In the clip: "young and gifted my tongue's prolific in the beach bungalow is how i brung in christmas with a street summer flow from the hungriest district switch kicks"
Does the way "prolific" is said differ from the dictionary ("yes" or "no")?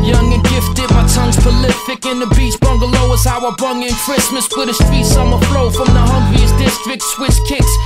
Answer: yes